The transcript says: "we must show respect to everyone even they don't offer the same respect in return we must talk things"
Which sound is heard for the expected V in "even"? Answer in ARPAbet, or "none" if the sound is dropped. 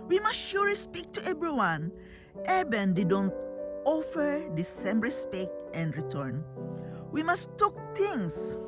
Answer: B